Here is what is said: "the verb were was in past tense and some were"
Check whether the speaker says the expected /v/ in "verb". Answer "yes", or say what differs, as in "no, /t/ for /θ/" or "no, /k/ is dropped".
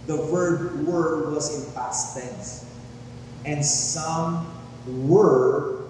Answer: no, /w/ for /v/